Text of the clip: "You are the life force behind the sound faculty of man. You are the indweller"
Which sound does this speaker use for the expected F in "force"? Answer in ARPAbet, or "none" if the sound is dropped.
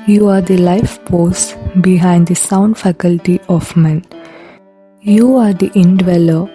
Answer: P